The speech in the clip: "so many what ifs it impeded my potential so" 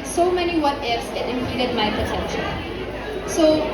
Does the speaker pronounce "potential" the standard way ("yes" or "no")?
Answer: no